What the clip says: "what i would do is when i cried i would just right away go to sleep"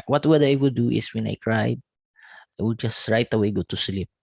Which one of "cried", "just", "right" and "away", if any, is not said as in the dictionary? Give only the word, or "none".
none